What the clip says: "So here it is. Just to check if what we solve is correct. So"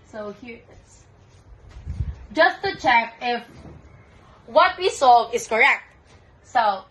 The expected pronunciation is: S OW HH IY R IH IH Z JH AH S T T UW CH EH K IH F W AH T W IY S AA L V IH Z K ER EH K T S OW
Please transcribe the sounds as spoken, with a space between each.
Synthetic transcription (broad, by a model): S OW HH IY IH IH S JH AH S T T UW CH EH K IH F W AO T W IY S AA V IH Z K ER EH K T S OW